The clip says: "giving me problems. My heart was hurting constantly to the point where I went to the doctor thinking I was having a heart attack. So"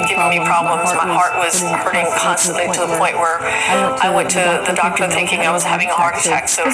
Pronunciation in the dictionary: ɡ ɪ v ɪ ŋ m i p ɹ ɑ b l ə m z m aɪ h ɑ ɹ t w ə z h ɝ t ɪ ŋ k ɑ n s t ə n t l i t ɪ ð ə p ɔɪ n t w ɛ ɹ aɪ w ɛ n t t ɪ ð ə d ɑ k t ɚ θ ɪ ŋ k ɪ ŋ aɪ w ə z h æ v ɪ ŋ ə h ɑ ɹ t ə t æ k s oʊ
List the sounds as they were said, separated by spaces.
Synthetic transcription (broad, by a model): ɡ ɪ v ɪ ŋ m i p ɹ ɑ b l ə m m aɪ h ɑ ɹ t w ə z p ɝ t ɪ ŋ k ɑ n s t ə n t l i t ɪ ð ə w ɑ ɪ t w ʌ ɹ aɪ w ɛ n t t ɪ ð ə d ɑ k t ɚ θ ɪ ŋ k ɪ ŋ aɪ w ə z h æ v ɪ ŋ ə h ɑ ɹ t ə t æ k s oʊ